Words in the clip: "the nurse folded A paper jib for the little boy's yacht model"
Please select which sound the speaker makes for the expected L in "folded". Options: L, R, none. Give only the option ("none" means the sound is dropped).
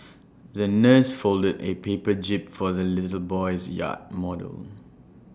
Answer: L